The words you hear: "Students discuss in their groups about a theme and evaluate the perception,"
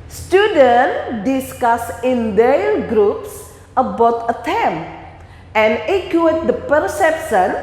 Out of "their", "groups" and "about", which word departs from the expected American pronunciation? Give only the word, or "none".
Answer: their